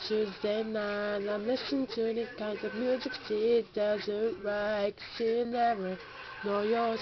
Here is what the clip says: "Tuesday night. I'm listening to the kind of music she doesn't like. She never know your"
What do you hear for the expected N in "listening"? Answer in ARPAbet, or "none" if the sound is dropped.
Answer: none